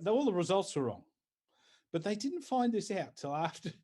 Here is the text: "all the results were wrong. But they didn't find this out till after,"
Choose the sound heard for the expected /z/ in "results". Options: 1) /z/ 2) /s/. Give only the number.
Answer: 1